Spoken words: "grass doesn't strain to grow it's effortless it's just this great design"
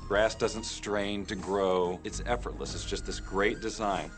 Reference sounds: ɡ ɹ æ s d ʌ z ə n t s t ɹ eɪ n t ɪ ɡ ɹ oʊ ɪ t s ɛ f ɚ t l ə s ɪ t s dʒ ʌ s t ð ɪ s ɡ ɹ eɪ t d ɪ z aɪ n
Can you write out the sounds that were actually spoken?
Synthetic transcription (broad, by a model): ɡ ɹ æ s d ʌ z ə n t s t ɹ eɪ n t ɪ ɡ ɹ oʊ ɪ t s ɛ f ɚ t l ə s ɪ t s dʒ ʌ s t ð ɪ s ɡ ɹ eɪ t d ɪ z aɪ n